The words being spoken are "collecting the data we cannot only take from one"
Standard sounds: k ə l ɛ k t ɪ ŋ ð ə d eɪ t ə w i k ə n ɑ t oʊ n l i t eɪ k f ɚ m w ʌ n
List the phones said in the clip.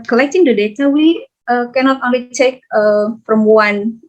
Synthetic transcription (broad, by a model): k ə l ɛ k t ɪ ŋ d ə d eɪ t ə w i k ə n ɑ t oʊ n l i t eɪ k p ɚ m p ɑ n